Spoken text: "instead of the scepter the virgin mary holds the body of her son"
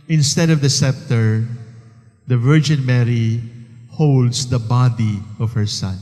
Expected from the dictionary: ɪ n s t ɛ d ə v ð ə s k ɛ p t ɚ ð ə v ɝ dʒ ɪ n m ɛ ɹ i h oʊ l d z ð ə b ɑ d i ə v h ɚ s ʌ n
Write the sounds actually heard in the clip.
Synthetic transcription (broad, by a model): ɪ n s t ɛ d ə v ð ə s ɛ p t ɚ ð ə v ɝ dʒ ɪ n m ɛ ɹ i h oʊ l d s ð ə b ɑ d i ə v h ɚ s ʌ n